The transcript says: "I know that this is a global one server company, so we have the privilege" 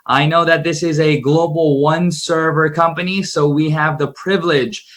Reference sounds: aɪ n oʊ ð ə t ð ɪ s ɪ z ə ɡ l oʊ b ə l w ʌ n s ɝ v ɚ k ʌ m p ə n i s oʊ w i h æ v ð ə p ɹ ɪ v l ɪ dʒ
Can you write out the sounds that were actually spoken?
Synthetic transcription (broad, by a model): aɪ n oʊ ð ə t ð ɪ s ɪ z ə ɡ l oʊ b l w ʌ n s ɝ v ɚ k ʌ m p ə n i s oʊ w i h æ v ð ə p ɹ ɪ v l ɪ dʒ